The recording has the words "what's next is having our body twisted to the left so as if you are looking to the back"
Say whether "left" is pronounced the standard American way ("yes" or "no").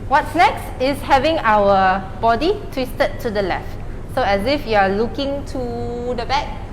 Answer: yes